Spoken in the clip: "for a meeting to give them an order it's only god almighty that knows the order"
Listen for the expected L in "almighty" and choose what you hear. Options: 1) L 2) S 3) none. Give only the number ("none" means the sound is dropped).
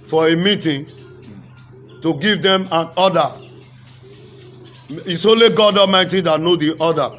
3